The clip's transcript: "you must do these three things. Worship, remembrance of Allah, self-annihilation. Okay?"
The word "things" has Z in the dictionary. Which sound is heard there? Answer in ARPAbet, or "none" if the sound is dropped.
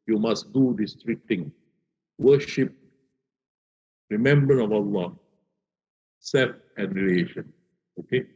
none